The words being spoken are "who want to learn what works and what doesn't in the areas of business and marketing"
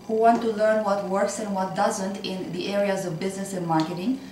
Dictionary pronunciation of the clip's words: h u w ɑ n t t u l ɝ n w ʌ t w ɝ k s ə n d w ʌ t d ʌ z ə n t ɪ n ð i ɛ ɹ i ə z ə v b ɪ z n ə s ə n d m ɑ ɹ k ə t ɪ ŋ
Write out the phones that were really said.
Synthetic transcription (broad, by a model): h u w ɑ n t t u l ɝ n w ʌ t w ɝ k s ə n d w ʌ t d ʌ z ə n t ɪ n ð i ɛ ɹ i ə z ə v b ɪ z n ə s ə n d m ɑ ɹ k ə t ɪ ŋ